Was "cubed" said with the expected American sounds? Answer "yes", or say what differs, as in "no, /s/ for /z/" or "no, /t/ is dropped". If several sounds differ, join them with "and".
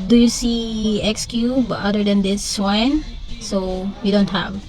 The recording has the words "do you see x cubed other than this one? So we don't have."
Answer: no, /d/ is dropped